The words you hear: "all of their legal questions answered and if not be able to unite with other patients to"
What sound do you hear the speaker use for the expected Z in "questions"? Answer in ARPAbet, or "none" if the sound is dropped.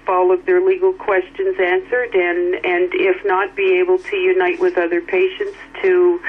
Z